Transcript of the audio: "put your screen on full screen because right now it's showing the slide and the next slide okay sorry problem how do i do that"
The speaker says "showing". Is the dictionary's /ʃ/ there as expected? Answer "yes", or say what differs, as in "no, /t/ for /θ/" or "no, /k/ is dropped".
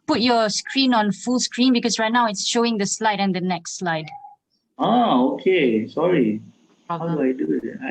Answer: yes